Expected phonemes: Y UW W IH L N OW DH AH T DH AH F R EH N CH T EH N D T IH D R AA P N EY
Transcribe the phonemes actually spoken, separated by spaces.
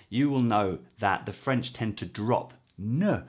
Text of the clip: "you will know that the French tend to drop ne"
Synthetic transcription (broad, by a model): Y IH W IH L N OW DH AH T DH AH F R EH N CH T EH N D T IH D R AA P N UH